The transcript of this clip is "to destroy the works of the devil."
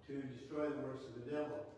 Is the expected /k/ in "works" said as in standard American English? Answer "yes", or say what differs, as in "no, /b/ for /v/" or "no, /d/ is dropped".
no, /k/ is dropped